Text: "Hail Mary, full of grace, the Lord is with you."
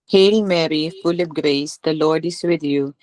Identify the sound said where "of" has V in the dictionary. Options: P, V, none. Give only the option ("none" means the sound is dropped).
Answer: P